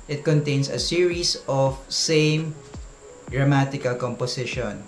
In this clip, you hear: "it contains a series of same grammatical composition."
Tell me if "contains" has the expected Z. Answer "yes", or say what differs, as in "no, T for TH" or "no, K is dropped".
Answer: no, S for Z